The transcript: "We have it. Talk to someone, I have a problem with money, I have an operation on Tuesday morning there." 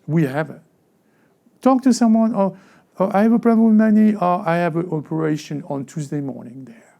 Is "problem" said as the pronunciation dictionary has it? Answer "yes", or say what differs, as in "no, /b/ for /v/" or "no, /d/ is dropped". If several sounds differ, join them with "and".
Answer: no, /l/ is dropped